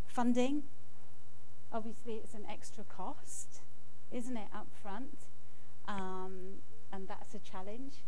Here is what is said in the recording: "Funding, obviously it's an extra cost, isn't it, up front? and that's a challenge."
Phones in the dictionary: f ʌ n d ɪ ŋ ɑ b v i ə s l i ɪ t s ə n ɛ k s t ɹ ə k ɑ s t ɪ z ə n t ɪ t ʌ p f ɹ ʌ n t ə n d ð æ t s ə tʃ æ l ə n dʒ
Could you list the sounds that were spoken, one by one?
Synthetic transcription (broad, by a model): f ʌ n d ɪ ŋ ɑ b v i ə s l i ɪ t s ə n ɛ k s t ɹ ə k ɑ s t ɪ z ə n t ɪ t ʌ p f ɹ ʌ n t ə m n ð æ t s ə tʃ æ l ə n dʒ